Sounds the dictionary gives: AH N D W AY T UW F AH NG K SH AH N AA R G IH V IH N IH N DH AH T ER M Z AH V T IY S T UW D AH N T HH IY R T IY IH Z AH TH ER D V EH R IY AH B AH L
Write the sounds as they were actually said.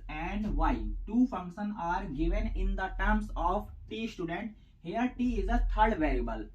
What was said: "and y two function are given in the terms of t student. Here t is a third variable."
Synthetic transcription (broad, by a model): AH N D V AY T UW F AH NG K SH AH N AA R G IH V IH N IH N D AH T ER M S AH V T IY S T UW D AH N T HH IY R T IY IH Z AH T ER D V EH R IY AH B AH L